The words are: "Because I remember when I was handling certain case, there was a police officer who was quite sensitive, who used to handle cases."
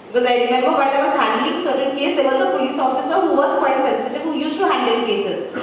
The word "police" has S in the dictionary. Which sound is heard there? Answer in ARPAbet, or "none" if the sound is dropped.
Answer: S